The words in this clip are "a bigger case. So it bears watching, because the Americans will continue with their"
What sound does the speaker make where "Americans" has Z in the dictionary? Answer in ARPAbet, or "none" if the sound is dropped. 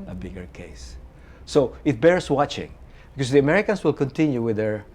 S